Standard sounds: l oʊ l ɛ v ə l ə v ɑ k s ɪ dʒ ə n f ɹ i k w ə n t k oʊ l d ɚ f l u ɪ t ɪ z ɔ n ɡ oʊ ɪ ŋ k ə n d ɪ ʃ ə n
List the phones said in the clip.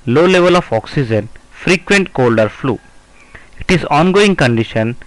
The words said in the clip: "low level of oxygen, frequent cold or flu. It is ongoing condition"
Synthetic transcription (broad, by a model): l oʊ l ɛ v ə l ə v ɑ k s ɪ dʒ ə n f ɹ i k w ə n t k oʊ l d ɚ f l u ɪ t ɪ z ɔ n ɡ oʊ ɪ ŋ k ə n d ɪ ʃ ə n